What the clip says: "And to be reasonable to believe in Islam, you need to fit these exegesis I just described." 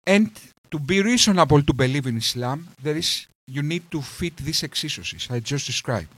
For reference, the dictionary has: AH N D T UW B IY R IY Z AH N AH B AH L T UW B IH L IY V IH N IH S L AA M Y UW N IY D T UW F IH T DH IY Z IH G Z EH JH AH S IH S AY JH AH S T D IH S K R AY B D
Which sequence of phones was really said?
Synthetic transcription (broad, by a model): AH N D T UW B IY R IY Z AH N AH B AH L T UW B IH L IY V IH N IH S L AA M Y UW N IY D T UW F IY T DH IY S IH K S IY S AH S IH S AY JH AH S T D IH S K R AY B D